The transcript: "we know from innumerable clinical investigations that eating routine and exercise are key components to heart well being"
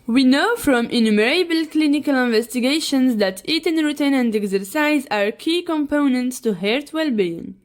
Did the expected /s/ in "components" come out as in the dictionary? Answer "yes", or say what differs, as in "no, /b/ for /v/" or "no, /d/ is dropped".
yes